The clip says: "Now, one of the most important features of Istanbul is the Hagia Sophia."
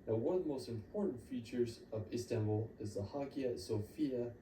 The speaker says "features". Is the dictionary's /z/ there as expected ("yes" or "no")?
yes